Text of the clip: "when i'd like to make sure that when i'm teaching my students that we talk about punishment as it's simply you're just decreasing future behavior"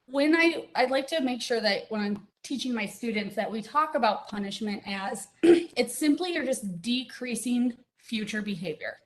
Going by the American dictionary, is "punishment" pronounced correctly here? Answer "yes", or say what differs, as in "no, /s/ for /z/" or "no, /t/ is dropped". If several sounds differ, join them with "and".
yes